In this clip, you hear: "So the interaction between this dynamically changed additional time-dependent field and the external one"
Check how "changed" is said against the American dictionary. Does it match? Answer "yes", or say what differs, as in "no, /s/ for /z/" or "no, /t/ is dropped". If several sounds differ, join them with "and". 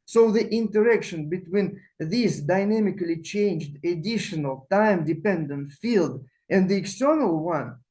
yes